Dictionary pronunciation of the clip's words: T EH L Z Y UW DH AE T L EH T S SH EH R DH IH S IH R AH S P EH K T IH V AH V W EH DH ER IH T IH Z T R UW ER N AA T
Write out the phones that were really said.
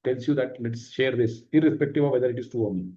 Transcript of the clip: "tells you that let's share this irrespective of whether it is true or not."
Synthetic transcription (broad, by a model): T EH L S Y UW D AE T L EH T S SH EH R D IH S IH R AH S P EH K T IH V AH V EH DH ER IH T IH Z T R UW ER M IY